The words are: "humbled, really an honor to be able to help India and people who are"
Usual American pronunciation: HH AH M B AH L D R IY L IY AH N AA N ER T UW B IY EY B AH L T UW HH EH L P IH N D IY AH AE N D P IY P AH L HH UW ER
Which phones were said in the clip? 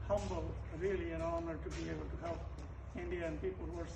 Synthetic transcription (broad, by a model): HH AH M B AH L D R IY L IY AH N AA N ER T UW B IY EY AH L T UW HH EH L IH N D IY AH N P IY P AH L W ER